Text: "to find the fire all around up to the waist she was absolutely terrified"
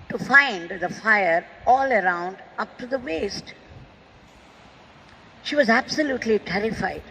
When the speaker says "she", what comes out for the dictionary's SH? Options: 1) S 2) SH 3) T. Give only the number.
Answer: 2